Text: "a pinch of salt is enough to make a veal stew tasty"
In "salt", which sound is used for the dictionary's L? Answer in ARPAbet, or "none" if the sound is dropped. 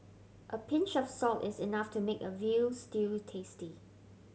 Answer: L